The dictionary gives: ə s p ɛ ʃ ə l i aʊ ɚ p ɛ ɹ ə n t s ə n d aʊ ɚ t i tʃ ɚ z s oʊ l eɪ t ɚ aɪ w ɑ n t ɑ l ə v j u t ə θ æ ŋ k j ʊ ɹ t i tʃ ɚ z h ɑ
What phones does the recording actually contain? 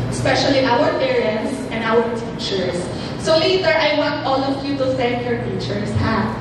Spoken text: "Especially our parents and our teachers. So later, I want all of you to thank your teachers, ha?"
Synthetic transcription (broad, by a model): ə s p ɛ ʃ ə l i aʊ ɚ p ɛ ɹ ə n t s ə n d aʊ ɚ t i tʃ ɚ s oʊ l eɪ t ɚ aɪ w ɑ n t ɑ l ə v j u t ə s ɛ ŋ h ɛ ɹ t i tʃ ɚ s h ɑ